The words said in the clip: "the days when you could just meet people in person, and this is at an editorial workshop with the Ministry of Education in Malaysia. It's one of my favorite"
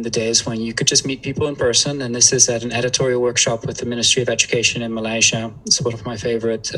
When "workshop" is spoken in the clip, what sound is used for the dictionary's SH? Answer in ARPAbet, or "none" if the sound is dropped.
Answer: SH